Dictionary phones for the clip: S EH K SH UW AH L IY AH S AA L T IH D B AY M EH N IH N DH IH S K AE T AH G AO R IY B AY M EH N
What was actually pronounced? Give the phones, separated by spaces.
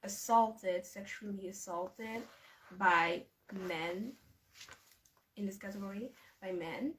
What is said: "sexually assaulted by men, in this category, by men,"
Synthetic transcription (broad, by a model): S EH K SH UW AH L IY AH S AA L T IH D B AY M EH N IH N DH IH S K AE T AH G AO R IY B AY M EH N